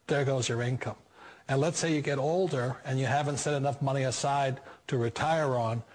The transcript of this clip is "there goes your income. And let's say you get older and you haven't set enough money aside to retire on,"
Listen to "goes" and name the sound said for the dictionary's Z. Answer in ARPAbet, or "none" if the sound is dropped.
Z